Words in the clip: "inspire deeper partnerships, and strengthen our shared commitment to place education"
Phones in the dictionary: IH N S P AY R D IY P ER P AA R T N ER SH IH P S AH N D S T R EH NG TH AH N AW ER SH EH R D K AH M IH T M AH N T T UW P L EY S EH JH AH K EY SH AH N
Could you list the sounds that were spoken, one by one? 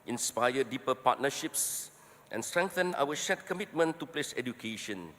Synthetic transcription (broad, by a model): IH N S P AY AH D IY P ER P AA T N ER SH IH P S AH N S T R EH NG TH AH N AW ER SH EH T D K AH M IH T M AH N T T UW P L EY S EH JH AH K EY SH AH N